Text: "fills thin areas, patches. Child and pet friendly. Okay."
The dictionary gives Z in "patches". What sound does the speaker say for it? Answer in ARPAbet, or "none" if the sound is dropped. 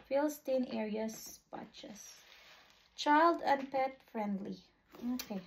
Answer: S